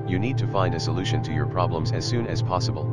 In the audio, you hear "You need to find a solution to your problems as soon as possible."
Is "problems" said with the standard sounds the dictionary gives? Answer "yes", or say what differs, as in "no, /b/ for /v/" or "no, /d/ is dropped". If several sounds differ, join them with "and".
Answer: yes